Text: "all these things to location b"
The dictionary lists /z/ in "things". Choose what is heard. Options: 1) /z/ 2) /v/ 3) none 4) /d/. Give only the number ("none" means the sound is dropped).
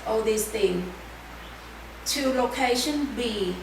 3